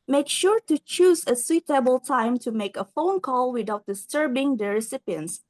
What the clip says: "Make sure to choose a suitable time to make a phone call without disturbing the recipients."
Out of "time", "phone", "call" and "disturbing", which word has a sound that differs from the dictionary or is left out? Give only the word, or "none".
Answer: none